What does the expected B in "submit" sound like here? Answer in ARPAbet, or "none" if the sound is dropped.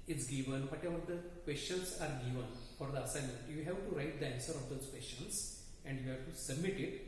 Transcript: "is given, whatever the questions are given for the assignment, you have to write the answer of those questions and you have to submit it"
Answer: B